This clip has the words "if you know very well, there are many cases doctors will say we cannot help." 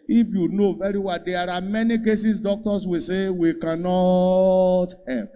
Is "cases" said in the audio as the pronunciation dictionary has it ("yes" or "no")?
no